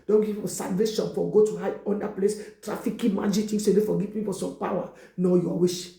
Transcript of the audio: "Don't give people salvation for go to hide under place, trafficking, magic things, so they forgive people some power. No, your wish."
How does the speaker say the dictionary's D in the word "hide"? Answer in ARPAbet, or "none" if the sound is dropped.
none